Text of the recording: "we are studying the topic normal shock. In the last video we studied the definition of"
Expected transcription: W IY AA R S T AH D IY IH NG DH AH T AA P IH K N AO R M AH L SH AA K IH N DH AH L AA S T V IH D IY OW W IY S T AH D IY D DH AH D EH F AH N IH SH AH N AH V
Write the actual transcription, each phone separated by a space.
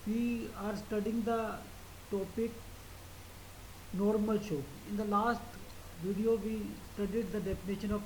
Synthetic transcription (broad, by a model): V IY AA R S T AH D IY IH NG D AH T AA P IH K N AO R M AH L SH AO IH N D AH L AA S T V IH D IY OW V IY S T AH D IY D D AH D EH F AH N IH SH AH N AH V